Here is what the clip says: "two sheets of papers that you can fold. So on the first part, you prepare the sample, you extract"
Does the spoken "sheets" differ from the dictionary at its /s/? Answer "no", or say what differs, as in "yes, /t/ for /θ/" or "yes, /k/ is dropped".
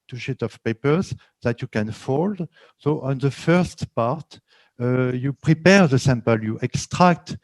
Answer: yes, /s/ is dropped